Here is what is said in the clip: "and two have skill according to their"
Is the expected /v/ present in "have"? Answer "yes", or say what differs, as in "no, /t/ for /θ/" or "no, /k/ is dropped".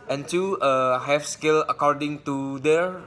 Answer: no, /f/ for /v/